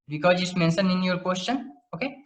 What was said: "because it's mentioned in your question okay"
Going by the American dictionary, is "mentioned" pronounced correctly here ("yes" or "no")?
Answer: no